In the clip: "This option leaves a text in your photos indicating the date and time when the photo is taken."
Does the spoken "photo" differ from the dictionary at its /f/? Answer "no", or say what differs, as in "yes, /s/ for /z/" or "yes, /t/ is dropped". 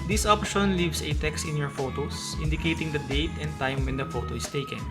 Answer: no